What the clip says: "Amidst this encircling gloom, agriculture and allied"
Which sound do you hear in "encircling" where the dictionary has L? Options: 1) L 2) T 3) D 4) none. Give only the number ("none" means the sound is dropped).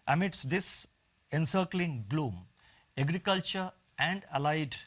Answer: 1